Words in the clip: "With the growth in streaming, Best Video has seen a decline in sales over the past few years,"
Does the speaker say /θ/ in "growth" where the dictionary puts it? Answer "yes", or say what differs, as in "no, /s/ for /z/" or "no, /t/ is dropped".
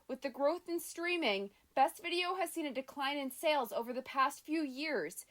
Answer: yes